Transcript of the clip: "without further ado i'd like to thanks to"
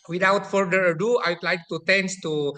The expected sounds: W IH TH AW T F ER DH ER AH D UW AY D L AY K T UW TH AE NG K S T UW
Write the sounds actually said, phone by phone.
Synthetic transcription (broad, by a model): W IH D AW T F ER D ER AH D UW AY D L AY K T UW T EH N S T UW